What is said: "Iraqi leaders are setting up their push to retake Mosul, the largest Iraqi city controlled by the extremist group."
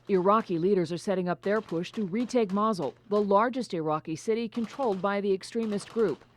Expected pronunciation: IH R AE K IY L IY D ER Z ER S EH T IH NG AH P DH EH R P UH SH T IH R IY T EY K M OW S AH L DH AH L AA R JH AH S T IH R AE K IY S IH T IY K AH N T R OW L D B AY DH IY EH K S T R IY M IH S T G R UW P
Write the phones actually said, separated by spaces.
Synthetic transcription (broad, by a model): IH R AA K IY L IY D ER Z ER S EH T IH NG AH P DH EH R P UH SH T IH R IY T EY K M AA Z L DH AH L AA R JH AH S T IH R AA K IY S IH T IY K AH N T R OW L D B AY DH IY EH K S T R IY M IH S T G R UW P